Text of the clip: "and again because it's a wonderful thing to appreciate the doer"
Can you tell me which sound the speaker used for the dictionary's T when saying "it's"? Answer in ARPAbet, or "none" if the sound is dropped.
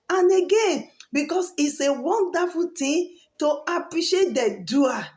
T